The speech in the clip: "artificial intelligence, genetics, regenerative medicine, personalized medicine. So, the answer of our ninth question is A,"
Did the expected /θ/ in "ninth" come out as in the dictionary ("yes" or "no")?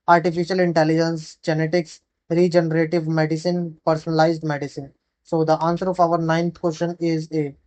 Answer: no